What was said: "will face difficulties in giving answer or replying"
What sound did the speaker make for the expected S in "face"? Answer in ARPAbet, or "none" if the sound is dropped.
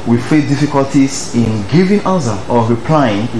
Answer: none